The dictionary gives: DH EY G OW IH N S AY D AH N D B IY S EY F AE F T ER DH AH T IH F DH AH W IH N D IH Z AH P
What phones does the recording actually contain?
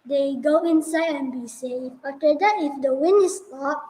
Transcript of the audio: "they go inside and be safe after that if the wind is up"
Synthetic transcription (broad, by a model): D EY G OW IH N S AY D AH N B IY S EY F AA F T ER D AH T IH F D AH W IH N IH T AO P